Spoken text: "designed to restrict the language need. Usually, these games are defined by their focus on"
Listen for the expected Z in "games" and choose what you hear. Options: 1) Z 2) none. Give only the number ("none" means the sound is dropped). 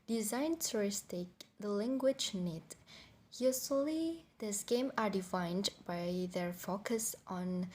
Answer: 2